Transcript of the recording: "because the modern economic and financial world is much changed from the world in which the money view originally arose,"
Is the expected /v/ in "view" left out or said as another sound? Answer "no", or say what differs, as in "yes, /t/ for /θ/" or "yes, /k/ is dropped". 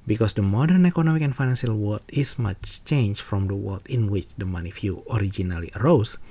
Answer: yes, /f/ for /v/